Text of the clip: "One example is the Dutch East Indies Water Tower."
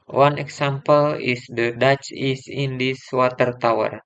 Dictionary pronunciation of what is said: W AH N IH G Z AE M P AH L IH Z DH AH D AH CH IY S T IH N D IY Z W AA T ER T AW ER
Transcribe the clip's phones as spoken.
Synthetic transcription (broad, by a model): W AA N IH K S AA M P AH L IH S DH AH D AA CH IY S IH N D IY S W AA T ER T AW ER